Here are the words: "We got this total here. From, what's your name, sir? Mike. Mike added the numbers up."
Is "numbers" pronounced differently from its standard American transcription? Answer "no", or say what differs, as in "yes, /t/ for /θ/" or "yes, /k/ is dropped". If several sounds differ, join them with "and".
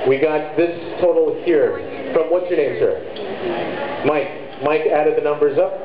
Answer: no